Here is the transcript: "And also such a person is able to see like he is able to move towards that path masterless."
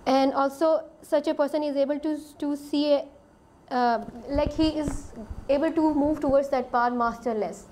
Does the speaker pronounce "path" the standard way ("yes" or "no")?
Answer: no